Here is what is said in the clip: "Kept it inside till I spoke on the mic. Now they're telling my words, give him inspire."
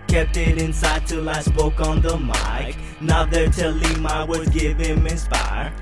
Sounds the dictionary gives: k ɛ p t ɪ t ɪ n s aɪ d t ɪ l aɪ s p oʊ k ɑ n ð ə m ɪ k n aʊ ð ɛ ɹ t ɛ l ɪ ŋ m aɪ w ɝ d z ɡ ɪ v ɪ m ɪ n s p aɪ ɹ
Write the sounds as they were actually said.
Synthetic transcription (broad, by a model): k ɛ p t ɪ t ɪ n s aɪ d t ɪ l aɪ s p oʊ k n ð ə m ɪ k n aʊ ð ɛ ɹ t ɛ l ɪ m aɪ w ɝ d ɡ ɪ v ɪ m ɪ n s p aɪ ɹ